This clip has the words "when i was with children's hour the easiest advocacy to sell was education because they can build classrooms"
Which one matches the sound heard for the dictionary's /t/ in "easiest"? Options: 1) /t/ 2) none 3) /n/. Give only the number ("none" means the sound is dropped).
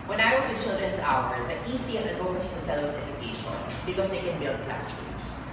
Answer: 2